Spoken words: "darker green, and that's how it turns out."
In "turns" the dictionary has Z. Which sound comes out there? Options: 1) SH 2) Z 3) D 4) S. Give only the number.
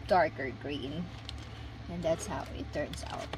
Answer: 4